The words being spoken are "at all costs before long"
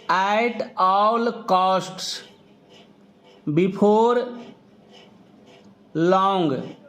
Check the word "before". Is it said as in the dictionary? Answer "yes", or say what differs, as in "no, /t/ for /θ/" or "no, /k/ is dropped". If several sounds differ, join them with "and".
no, /p/ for /f/